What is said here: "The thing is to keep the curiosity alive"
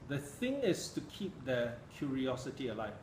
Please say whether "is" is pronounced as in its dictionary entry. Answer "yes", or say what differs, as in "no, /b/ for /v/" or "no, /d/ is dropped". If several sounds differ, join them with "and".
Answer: no, /s/ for /z/